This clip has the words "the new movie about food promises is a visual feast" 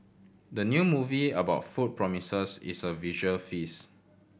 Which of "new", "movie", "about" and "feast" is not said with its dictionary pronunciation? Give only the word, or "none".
feast